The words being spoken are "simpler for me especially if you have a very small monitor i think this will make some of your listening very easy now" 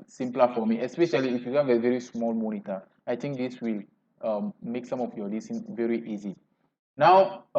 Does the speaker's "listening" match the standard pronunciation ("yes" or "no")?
no